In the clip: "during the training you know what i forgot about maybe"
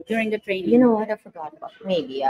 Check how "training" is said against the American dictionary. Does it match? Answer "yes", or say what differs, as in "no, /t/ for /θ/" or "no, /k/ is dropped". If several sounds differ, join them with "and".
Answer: no, /n/ is dropped